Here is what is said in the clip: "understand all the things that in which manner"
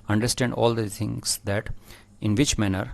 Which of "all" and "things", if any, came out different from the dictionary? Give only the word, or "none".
things